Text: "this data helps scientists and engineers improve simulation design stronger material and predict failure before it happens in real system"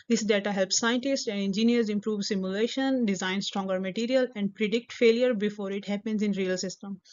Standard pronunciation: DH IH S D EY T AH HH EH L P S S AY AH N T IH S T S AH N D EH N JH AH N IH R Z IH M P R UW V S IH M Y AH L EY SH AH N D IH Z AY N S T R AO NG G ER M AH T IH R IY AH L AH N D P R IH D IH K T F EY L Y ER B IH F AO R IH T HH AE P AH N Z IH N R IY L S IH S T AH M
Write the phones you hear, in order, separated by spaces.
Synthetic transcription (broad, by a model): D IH S D EY T AH HH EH L P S S AY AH N T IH S T AH N D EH N JH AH N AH R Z IH M P R UW V S IH M Y AH L EY SH AH N D IH Z AY N S T R AO NG G ER M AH T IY R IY AH L AH N D P R IH D IH K T F EY L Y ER B IH F AO R IH T HH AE P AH N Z IH N R IY L S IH S T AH M